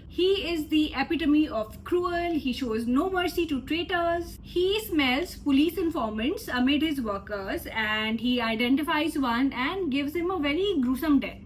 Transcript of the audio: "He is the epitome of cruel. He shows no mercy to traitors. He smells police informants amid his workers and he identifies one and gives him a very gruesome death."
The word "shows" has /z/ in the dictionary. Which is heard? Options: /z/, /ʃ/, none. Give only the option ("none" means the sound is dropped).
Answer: /z/